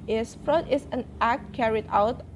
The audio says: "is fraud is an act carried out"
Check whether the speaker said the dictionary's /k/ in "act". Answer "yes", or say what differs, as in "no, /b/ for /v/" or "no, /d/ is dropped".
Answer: yes